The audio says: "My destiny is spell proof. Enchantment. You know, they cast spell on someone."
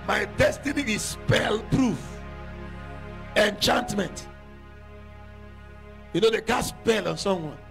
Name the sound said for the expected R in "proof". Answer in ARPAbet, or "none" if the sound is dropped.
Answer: R